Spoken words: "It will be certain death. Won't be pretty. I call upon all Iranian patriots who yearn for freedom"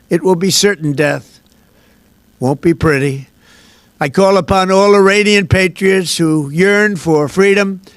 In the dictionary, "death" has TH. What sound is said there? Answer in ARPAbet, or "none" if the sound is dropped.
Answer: TH